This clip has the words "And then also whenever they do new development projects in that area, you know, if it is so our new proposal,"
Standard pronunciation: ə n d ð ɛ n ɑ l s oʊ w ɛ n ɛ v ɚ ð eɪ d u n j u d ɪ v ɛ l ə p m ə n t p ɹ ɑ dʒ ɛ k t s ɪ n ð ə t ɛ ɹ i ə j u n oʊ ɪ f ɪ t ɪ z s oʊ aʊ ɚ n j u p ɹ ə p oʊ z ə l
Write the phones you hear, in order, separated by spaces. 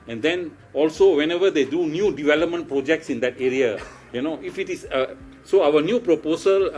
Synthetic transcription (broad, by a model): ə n d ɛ n ɑ l s oʊ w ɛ n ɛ v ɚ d eɪ d u n j u d ɪ v ɛ l ə p m ə n t p ɹ ɑ dʒ ɛ k t s ɪ n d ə t ɛ ɹ i ə j u n oʊ ɪ f ɪ t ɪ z s oʊ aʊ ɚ n j u p ɹ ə p oʊ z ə l